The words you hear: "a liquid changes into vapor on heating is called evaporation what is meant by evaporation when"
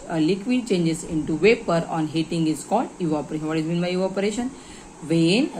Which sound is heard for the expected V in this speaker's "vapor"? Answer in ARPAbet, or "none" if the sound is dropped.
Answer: V